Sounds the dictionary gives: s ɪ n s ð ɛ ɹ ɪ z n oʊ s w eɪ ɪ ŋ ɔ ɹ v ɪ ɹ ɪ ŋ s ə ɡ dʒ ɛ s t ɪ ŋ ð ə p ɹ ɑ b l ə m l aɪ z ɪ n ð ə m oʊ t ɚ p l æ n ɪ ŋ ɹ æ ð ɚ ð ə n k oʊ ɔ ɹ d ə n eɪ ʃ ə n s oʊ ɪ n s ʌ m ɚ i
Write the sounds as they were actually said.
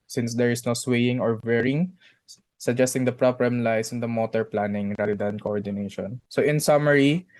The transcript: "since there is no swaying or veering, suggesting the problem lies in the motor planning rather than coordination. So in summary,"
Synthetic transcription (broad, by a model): s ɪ n s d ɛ ɹ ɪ s n oʊ s w eɪ ɪ ŋ ɔ ɹ w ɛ ɹ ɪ ŋ s ə ɡ dʒ ɛ s t ɪ ŋ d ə p ɹ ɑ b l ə m l aɪ s ɪ n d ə m oʊ t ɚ p l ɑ n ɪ ŋ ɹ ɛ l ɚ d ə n k oʊ ɔ ɹ d ə n eɪ ʃ ə n s oʊ ɪ n s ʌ m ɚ i